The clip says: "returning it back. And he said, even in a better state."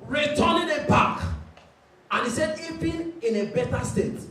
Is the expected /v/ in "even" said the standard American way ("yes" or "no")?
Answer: no